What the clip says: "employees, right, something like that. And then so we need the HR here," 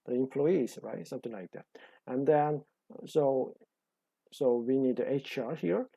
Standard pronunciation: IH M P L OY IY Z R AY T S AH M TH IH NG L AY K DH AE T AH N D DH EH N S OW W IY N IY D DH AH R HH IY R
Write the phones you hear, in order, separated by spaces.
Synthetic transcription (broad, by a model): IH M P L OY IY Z R AY T S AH M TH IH NG L AY K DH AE T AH N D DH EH N S OW W IY N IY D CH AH R HH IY R